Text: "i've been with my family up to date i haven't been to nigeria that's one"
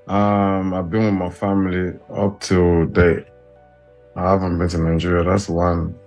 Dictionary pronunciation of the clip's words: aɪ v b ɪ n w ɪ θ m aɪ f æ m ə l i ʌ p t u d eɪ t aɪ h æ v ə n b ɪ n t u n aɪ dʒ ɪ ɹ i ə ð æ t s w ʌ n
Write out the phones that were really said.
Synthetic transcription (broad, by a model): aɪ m b ɪ n w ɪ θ m aɪ f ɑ m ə l i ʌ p t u d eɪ aɪ h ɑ v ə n b ɪ n t u n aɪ dʒ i ɹ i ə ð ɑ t s w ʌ n